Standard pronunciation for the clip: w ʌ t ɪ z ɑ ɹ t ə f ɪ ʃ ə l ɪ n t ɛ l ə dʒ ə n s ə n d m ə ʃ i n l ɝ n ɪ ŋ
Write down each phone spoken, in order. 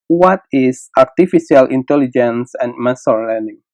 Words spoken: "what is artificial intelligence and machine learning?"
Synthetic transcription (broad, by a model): w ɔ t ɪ s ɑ ɹ t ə f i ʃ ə l ɪ n t ɛ l ə dʒ ə n s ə n m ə s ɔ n l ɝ n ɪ ŋ